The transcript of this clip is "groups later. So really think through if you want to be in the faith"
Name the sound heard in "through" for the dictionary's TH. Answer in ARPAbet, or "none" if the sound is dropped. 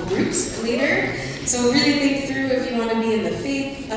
TH